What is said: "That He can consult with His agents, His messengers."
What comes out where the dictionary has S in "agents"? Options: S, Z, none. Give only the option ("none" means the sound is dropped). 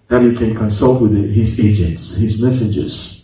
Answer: S